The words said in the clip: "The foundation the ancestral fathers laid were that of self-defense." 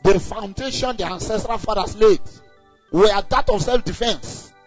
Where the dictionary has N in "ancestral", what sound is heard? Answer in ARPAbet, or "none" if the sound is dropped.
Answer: N